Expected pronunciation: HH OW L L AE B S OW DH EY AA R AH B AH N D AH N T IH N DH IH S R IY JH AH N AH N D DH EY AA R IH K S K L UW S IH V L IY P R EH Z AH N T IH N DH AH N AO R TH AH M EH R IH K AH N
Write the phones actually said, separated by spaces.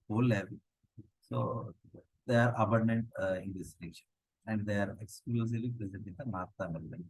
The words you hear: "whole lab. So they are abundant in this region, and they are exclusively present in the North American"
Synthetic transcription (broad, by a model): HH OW L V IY S OW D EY AA R AH B AH N D AH N T IH N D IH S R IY SH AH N AH N D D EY AA R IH K S K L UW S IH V L IY P R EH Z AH N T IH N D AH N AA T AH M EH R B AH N